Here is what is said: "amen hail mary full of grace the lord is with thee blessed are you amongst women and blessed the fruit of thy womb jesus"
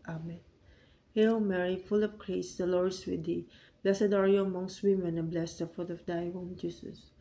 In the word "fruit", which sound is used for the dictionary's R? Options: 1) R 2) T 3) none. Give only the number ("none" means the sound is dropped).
3